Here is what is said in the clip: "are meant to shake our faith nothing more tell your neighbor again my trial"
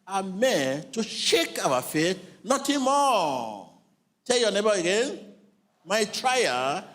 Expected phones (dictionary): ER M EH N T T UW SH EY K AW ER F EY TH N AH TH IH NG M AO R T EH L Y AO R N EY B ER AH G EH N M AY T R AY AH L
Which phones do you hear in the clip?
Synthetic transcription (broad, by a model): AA M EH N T T UW SH EY K AW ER F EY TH N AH T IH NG M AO T EH L Y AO N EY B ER AH G EH N M AY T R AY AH